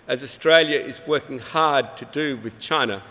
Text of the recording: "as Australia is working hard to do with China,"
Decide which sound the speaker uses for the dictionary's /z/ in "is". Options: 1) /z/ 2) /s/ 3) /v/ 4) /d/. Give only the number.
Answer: 1